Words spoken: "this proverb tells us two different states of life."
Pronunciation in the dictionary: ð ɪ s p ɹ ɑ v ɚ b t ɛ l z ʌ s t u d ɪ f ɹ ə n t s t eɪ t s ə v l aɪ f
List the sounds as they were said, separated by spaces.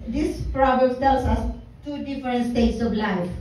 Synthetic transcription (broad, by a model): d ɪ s p ɹ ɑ b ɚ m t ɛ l s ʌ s t u d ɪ f ɹ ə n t s t eɪ t s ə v l aɪ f